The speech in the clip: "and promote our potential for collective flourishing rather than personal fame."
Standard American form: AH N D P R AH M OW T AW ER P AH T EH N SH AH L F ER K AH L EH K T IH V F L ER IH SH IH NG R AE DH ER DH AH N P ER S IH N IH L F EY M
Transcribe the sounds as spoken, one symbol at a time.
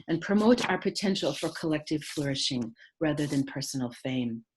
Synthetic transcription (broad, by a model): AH N P R AH M OW T AW ER P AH T EH N SH L F ER K AH L EH K T IH V F L ER IH SH IH NG R AE DH ER DH AH N P ER S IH N L F EY M